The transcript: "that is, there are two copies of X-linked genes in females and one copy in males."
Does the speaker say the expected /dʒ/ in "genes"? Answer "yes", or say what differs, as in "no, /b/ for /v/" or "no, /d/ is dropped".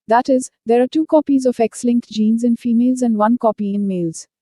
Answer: yes